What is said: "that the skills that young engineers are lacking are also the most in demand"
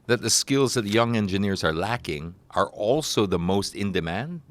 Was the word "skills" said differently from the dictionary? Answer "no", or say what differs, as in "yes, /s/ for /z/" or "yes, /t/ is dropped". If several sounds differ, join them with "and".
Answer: no